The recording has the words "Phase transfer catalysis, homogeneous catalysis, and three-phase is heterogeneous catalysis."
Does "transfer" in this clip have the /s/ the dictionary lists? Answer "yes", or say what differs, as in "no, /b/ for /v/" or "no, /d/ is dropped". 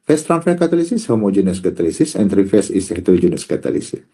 no, /s/ is dropped